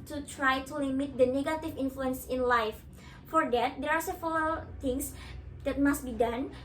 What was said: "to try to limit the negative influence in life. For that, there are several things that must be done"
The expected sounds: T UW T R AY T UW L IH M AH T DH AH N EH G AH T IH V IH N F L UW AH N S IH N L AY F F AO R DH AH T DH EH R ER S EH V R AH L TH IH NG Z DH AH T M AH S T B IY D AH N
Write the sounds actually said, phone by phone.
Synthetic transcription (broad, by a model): T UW T R AY T UW L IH M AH T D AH N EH G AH T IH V IH N F L UW AH N S IH N L AY F F AO R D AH T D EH R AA S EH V AH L T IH NG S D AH T M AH S T B IY D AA N